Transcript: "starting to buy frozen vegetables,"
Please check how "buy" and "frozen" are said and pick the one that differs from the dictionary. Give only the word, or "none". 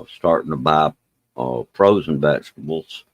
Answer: frozen